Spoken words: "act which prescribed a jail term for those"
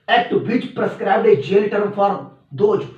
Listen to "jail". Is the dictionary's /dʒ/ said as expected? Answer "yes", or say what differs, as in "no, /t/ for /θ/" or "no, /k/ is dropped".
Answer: yes